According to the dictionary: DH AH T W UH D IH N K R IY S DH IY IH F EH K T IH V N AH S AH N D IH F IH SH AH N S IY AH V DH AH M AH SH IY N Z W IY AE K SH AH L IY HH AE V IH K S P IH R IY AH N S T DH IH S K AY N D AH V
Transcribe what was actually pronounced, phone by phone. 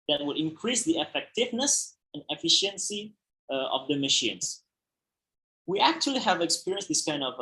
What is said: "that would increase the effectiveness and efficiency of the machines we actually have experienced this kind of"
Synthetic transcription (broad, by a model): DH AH T W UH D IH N K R IY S DH IY IH F EH K T IH V N AH S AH N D IH F IH SH AH N S IY AH V DH AH M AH SH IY N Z W IY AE K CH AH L IY HH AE V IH K S P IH R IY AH N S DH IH S K AY N D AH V